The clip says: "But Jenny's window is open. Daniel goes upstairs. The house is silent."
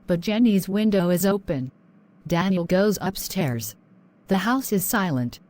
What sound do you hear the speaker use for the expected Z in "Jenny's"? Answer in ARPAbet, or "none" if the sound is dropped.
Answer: Z